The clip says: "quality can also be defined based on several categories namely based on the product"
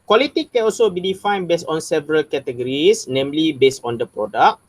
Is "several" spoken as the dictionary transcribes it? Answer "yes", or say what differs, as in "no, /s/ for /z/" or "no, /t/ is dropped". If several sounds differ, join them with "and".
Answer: yes